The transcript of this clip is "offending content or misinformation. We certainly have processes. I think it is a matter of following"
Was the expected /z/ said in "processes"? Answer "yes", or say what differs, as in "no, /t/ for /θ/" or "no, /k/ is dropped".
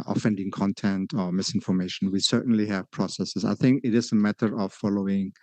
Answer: no, /s/ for /z/